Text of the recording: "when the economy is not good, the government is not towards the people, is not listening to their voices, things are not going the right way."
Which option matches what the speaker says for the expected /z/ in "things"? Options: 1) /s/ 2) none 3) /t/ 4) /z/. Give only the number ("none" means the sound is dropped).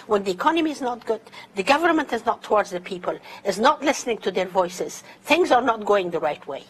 4